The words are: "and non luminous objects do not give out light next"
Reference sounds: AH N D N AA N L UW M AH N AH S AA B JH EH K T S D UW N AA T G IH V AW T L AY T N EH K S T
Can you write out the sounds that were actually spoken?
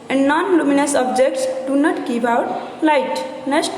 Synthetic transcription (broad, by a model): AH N D N AA N L UW M AH N AH S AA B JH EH K T S D UW N AA T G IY P AW T L AY T N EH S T